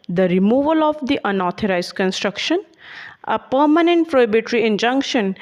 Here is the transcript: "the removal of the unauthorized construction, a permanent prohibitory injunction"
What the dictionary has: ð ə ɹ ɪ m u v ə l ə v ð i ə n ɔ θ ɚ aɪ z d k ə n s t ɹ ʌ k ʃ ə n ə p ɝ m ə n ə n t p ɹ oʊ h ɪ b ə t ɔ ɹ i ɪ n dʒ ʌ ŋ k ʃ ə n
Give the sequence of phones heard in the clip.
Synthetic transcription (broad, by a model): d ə ɹ ɪ m u v ə l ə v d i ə n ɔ t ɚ aɪ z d k ə n s t ɹ ʌ k ʃ ə n ə p ɝ m ə n ə n t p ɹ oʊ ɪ b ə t ɹ i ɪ n dʒ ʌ ŋ k ʃ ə n